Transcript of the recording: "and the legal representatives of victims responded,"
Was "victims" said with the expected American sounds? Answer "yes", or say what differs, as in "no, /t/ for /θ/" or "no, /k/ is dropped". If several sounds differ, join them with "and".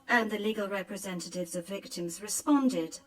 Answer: yes